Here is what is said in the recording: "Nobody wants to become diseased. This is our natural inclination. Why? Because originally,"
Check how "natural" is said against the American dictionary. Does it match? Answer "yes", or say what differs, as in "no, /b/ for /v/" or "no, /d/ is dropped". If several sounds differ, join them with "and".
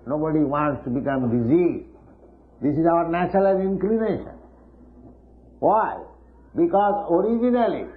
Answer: no, /l/ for /ɹ/